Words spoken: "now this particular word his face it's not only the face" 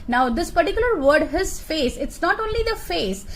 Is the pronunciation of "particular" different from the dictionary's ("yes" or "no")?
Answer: no